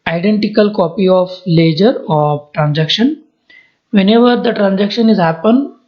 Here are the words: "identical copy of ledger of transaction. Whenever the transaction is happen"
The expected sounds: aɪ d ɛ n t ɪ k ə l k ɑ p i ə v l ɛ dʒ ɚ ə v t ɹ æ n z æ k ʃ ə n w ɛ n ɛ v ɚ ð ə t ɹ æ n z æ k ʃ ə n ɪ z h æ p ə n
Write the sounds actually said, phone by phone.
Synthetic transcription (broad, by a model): aɪ d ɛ n t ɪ k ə l k ɑ p i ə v l ɛ dʒ ɚ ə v t ɹ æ n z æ k ʃ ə n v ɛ n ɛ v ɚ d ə t ɹ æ n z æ k ʃ ə n ɪ z h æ p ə n